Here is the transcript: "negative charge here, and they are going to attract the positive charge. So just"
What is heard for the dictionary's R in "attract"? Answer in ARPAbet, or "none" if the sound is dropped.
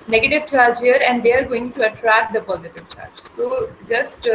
R